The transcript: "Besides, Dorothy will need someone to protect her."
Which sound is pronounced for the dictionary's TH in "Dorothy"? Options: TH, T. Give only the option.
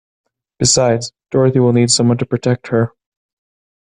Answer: TH